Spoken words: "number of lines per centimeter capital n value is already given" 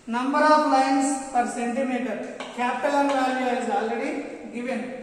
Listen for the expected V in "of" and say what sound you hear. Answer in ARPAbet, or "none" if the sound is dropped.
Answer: P